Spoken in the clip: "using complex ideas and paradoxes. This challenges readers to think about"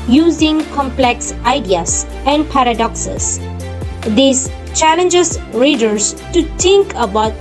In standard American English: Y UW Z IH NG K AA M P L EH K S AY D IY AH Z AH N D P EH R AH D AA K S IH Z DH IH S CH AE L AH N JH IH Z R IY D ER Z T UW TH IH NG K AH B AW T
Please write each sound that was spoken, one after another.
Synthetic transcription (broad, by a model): Y UW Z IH NG K AA M P L EH K S AY D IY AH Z AH N D P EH R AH D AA K S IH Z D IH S CH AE L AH N JH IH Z R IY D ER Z T UW T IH NG K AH B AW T